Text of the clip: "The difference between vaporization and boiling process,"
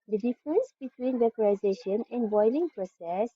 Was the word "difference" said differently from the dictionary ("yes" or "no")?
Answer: no